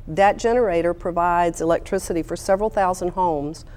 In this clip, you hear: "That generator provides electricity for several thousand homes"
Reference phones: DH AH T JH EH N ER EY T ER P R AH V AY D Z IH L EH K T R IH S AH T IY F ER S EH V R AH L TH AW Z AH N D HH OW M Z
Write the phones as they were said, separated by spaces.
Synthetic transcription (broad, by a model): DH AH T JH EH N ER EY T ER P R AH V AY D Z IH L EH K T R IH S AH T IY F ER S EH V R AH L TH AW Z AH N D HH OW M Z